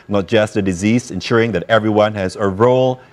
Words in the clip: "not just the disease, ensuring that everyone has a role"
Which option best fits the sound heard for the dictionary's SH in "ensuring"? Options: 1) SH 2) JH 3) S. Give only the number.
1